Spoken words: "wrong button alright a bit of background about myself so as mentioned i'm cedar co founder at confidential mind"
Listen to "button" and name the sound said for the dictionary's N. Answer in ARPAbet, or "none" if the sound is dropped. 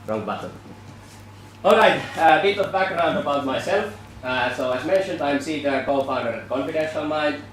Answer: L